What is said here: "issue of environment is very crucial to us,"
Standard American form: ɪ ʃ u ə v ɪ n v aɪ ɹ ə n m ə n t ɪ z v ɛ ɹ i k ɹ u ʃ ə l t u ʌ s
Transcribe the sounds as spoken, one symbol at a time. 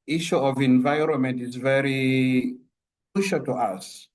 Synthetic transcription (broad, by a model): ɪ ʃ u ə v ɪ n v aɪ ɹ ə n m ə n t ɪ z v ɛ ɹ i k u ʃ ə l t u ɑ s